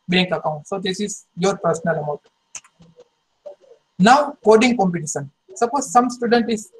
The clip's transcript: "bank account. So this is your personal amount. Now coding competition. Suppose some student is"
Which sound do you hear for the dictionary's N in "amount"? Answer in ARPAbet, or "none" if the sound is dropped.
none